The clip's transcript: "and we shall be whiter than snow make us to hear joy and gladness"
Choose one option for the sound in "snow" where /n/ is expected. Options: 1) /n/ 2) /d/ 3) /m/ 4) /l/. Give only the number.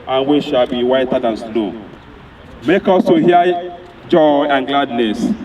4